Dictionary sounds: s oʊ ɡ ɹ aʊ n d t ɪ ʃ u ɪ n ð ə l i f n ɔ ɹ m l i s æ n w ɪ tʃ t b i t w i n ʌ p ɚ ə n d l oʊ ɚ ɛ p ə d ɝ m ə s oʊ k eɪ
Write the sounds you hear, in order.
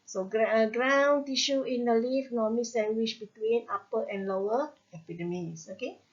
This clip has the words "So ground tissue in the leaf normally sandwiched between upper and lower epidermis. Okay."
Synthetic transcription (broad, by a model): s oʊ ɡ ɹ aʊ n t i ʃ u ɪ n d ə l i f n ɔ m i s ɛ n w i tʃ b i t w i n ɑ p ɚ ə n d l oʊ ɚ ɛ p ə d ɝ m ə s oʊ k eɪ